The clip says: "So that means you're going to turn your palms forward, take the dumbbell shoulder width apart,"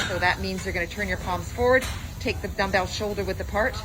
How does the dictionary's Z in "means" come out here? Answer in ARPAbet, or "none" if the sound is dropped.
Z